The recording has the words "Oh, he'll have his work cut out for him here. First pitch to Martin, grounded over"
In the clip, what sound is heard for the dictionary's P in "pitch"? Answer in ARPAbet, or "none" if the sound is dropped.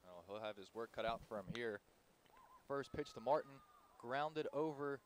P